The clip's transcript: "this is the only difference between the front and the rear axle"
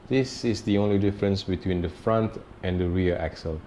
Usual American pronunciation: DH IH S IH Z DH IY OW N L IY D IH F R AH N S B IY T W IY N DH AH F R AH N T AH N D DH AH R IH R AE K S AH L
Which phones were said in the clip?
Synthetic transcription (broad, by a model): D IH S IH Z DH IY OW N L IY D IH F R AH N S B IY T W IY N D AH F R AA N T AH N D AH R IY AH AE K S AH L